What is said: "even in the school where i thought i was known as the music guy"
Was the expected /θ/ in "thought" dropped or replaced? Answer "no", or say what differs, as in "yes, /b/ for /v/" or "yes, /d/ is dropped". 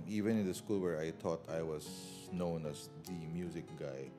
yes, /t/ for /θ/